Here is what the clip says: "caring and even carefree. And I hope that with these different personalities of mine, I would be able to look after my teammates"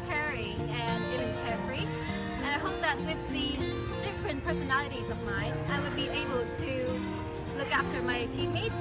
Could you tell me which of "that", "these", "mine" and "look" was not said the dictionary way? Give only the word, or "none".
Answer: none